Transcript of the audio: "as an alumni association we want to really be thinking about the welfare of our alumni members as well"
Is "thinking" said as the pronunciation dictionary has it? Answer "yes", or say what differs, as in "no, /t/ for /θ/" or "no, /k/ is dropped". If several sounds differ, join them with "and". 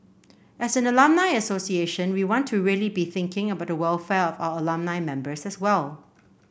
yes